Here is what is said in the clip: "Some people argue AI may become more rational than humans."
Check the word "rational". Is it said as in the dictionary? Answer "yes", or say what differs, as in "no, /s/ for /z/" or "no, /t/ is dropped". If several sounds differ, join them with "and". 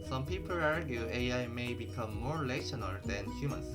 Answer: no, /l/ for /ɹ/